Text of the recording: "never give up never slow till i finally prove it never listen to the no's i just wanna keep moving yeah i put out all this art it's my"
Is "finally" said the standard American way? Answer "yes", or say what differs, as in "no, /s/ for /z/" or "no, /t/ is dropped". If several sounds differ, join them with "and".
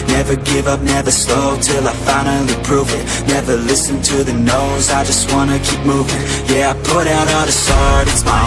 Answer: no, /n/ is dropped and /n/ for /l/